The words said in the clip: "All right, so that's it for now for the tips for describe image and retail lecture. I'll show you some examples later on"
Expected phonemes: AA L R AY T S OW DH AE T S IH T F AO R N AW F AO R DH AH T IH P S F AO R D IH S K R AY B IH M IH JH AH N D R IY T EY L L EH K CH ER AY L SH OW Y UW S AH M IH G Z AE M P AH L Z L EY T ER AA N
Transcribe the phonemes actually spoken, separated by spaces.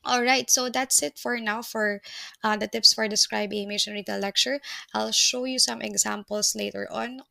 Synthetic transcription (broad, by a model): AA L R AY T S OW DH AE T S IH T F AO R N AW F AO R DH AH T IH P S F AO R D IH S K R AY B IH M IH SH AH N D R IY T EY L L EH K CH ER AY L SH OW Y UW S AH M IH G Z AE M P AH L S L EY T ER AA N